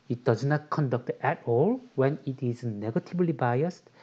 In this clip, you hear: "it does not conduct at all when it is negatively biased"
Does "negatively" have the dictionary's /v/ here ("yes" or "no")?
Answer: no